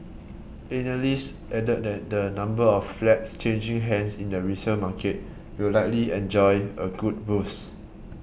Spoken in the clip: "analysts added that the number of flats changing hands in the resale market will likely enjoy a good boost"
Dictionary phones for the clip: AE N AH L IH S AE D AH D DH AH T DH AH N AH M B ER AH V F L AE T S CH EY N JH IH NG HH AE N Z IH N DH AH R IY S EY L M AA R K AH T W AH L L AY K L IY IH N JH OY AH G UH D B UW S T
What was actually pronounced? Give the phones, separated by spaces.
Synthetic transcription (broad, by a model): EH N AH L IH S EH D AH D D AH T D AH N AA M B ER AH F F L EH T S CH EY N JH IH NG HH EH N S IH N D AH R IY S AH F M AA K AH T W AH L L AY K L IY IH N JH OY AH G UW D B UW S